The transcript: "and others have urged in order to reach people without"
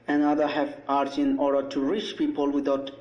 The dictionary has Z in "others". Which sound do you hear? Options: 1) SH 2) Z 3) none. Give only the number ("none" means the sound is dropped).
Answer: 3